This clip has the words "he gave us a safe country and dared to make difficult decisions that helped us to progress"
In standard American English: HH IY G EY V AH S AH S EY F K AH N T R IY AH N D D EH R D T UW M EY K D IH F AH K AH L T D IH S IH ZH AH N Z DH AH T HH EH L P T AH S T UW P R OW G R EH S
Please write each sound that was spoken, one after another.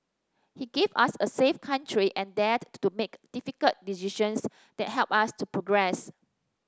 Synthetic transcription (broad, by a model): HH IY G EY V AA S AH S EY F K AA N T R IY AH N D D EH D T UW M EY K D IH F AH K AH L T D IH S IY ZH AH N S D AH T HH EH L P AA S T UW P R OW G R EH S